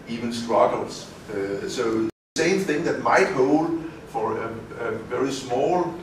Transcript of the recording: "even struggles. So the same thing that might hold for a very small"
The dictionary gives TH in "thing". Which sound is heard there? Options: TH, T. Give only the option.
TH